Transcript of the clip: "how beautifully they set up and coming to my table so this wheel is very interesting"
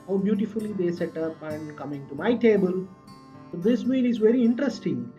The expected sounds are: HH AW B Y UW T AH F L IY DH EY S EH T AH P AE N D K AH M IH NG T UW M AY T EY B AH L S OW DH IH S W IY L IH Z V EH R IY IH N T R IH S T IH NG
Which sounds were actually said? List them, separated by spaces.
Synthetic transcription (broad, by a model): HH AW B Y UW T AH F L IY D EY S EH T AH P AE N D K AH M IH NG T UW M AY T EY B AH L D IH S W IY N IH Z V EH R IY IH N T R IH S T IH NG